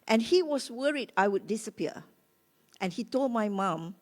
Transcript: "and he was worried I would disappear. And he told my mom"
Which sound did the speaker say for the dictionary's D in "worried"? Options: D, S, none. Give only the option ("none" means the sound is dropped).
D